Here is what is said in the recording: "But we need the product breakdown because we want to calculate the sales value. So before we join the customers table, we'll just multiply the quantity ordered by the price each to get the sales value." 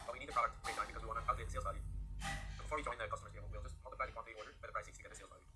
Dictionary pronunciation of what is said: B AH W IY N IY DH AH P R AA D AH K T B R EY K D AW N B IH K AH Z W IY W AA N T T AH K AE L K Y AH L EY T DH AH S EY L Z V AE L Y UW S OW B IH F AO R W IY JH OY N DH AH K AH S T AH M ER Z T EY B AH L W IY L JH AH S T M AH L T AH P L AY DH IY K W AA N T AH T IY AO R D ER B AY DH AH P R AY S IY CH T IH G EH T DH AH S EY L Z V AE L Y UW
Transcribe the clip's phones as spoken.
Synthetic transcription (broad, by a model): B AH W IY N IY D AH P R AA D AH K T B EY D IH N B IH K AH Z W IY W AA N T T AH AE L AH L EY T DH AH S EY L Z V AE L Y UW S OW B IH F AO R W IY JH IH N DH AH K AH S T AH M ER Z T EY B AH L W IY L JH AH S T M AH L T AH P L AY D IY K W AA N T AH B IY AO R D ER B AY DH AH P R AY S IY S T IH G EH T DH AH S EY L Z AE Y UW